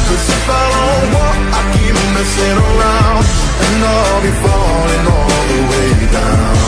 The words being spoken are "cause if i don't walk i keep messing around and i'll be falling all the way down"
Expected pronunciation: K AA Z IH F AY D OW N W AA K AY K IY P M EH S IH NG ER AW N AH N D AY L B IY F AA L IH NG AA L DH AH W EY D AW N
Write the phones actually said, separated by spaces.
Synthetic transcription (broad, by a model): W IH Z IH F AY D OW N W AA AY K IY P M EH S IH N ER AW AH N D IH N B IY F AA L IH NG AA L DH AH W EY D AW N